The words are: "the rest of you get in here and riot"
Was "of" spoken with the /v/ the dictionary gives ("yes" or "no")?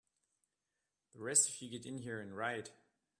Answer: no